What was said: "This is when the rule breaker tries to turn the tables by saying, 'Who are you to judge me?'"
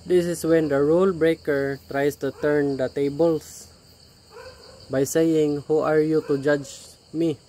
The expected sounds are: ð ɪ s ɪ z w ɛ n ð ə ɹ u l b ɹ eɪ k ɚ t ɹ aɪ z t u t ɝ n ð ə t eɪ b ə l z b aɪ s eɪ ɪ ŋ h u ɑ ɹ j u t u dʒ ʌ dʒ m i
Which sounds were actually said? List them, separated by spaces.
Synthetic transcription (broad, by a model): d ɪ s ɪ s w ɛ n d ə ɹ u l b ɹ eɪ k ɚ t ɹ aɪ s t u t ɝ n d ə t eɪ b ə l s b aɪ s eɪ ɪ ŋ h u ɑ ɹ j u t u dʒ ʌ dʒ m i